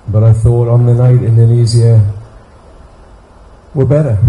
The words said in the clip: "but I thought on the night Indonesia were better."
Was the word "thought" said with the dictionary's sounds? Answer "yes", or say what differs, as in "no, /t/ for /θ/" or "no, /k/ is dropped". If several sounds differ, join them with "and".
yes